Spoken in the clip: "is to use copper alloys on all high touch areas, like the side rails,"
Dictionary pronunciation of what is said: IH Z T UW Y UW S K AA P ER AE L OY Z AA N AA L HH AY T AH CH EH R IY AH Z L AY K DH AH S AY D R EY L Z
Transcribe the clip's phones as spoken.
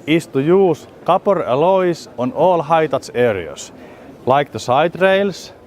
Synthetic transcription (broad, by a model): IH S T UW Y UW S K AA P ER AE L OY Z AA N AA L HH AY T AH S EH R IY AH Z L AY K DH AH S AY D R EY L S